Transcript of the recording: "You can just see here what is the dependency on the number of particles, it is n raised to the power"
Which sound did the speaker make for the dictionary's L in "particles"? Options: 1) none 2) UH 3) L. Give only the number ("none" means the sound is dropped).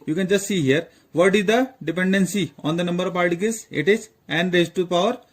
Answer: 1